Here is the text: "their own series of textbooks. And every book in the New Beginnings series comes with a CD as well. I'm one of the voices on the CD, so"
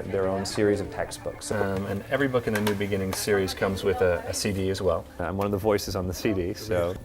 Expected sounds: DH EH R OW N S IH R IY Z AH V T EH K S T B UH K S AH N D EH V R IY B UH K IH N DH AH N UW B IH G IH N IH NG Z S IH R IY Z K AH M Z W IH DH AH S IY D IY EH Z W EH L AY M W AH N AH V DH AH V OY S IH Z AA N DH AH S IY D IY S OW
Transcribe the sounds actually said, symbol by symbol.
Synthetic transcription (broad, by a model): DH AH R OW N S IH R IY Z AH V T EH K S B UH K S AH N EH V R IY B UH K IH N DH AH N UW B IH G IH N IH NG S IH R IY Z K AH M Z W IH DH AH S IY D IY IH Z W EH L AY M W AH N AH V DH AH V OY S IH Z N DH AH S IY D IY S OW